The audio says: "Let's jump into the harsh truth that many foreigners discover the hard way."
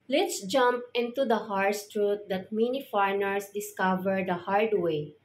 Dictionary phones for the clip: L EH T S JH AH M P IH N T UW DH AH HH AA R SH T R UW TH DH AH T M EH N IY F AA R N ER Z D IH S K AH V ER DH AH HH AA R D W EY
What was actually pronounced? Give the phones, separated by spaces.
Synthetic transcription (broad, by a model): L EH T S JH AH M P IH N T UW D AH HH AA R S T R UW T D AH T M EH N IY F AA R N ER S D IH S K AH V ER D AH HH AA R D W EY